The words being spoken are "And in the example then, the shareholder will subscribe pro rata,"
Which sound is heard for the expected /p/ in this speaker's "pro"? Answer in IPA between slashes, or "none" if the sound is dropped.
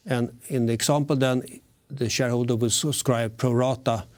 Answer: /p/